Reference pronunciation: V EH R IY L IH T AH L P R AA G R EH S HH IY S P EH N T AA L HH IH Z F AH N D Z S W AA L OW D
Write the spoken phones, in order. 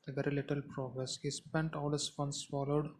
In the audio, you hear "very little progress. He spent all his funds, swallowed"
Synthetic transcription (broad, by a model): V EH R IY L IH T AH L P R AA G R EH S HH IY S P EH N T AA L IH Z F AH N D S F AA L OW D